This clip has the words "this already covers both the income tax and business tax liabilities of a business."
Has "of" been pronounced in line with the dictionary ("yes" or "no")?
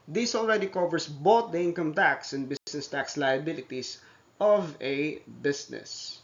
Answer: yes